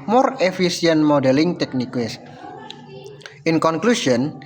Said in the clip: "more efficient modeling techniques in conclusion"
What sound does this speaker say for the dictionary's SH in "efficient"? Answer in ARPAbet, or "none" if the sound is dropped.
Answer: S